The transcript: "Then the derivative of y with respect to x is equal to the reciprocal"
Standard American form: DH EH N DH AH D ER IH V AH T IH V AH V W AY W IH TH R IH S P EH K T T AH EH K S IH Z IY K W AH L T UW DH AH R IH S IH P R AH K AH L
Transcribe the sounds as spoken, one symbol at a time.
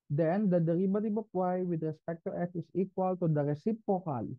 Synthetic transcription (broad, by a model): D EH N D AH D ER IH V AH T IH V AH P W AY W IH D R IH S P EH K T T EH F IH S IY K W AH L T UW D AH R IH S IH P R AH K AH L